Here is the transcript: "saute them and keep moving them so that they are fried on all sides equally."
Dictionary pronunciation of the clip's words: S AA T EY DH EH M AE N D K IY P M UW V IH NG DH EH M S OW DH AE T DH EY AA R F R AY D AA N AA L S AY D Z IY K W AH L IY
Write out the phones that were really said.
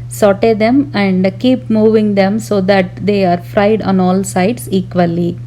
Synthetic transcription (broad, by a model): S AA T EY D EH M AE N D K IY P M UW V IH NG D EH M S OW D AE T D EY AA R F R AY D AA N AA L S AY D S IY K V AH L IY